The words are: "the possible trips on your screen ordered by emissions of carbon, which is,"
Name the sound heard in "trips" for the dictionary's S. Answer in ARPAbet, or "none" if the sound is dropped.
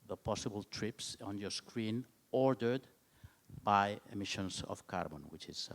S